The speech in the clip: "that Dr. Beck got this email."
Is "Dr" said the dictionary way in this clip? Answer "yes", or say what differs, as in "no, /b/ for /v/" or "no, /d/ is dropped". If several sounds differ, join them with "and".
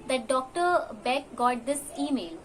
yes